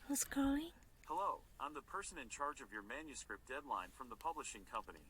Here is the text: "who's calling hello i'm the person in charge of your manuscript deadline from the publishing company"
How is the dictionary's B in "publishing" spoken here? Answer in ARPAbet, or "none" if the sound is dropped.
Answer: B